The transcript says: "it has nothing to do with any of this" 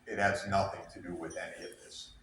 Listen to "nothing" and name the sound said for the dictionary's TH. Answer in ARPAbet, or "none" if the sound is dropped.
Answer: TH